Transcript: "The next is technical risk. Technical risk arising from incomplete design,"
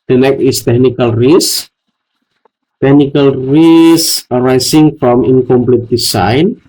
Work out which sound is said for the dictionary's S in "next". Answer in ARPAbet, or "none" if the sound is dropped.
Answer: none